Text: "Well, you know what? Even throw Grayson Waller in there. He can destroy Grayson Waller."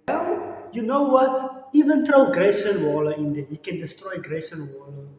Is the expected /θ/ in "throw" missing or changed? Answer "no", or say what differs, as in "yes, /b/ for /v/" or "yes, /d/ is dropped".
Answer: yes, /t/ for /θ/